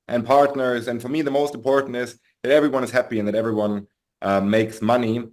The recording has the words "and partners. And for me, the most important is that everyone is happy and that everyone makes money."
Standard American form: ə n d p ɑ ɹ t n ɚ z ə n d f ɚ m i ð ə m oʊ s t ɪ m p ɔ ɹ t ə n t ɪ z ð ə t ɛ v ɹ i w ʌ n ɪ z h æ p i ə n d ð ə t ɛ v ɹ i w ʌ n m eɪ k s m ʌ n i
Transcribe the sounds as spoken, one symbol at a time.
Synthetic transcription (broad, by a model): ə n p ɑ ɹ t n ɚ z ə n f ɚ m i ð ə m oʊ s t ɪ m p ɔ ɹ t n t ɪ z ð ə t ɛ v ɹ i w ʌ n ɪ z h æ p i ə n ð ə t ɛ v ɹ i w ʌ n m eɪ k s m ʌ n i